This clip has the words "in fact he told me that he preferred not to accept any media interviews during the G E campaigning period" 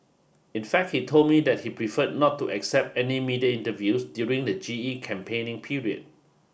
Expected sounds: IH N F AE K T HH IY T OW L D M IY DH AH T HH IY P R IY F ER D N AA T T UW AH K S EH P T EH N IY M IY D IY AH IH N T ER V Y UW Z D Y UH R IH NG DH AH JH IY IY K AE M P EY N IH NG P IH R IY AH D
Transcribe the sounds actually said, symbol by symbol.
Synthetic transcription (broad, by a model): IH N F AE K T HH IY T OW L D M IY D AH T HH IY P R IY F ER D N AA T T UW AH K S EH P T EH N IY M IY D IY AH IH N T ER V Y UW S D Y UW R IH NG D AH JH IY IY K AE M P EY N IH NG P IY R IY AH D